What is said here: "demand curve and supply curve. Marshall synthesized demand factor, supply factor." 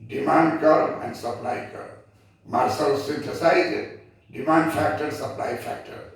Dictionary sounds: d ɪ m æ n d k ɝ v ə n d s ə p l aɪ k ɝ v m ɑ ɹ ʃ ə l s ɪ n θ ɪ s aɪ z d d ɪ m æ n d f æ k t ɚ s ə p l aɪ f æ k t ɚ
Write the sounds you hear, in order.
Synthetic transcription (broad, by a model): d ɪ m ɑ n d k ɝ ə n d s ə p l aɪ k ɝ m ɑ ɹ s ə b s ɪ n t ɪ s aɪ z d d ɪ m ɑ n d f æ k t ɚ s ə p l aɪ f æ k t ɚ